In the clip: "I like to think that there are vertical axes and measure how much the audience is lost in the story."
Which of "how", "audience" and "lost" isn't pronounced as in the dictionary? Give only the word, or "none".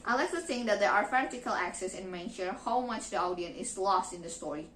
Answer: audience